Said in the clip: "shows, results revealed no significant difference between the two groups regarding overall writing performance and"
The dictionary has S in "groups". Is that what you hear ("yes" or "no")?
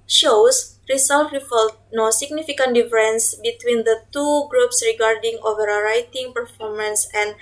yes